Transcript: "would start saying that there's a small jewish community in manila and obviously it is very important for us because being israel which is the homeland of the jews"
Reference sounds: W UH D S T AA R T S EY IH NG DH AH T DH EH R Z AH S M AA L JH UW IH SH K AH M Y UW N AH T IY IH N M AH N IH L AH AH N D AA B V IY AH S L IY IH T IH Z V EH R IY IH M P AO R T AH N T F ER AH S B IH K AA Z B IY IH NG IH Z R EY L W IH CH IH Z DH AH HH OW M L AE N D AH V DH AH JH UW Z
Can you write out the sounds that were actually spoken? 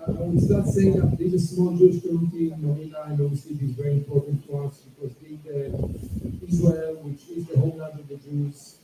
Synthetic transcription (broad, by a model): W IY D S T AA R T S EY IH NG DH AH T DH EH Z AH S M AA L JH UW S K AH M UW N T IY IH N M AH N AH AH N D AA B V IY AH S L IY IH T IH Z V EH R IY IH M P AO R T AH N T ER AH S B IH K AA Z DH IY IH IH Z R EY L W IH CH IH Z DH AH HH OW L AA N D AH V DH AH JH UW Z